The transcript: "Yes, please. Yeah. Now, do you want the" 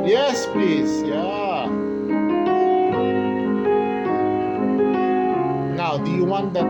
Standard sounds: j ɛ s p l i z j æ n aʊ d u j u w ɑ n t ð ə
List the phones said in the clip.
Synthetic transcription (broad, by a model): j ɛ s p i s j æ n aʊ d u j u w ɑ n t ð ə